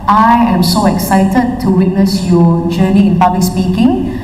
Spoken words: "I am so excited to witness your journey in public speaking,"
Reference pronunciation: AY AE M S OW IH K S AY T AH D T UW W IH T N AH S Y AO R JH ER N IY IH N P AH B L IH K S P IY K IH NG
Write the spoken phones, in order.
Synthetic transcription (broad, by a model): AY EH M S OW IH K S AY T AH D T UW W IH T N AH S Y AO JH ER N IY IH N P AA B L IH K S P IY K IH NG